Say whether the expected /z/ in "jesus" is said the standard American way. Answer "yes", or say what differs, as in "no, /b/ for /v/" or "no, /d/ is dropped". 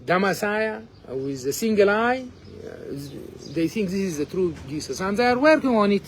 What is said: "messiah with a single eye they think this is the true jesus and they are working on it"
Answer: no, /s/ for /z/